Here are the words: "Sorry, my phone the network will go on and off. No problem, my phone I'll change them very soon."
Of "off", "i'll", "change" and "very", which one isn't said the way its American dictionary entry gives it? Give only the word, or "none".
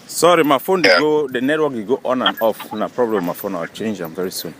i'll